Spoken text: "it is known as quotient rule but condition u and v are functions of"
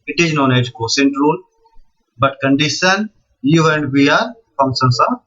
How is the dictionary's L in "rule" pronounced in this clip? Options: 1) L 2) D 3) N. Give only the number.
3